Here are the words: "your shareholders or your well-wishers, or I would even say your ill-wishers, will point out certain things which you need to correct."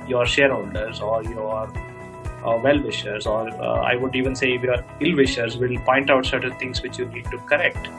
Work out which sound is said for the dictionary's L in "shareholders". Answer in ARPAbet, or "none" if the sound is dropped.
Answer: N